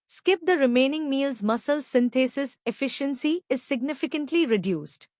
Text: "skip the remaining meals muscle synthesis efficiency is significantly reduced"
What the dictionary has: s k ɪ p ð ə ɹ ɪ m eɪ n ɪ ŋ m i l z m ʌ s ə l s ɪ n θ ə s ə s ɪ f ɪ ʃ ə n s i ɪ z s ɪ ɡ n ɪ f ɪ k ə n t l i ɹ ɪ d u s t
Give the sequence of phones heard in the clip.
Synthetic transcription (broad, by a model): s k ɪ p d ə ɹ ɪ m eɪ n ɪ ŋ m i l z m ʌ s ə l s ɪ n t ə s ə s ɪ f ɪ ʃ ə n s i ɪ z s ɪ ɡ n ɪ f ɪ k ə n t l i ɹ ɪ d u s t